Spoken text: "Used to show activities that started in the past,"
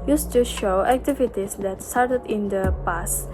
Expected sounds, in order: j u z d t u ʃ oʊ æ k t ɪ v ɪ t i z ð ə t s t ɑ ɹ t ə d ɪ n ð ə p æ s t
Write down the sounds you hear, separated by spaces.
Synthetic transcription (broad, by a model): j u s t u ʃ oʊ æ k t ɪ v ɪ t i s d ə t s t ɑ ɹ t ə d ɪ n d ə p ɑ s